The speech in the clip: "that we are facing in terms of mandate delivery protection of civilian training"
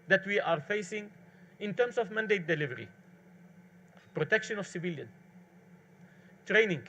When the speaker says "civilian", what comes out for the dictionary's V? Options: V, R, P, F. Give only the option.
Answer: V